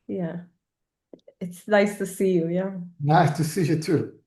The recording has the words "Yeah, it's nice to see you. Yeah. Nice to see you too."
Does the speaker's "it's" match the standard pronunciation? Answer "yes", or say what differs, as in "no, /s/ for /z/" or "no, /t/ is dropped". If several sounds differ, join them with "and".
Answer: yes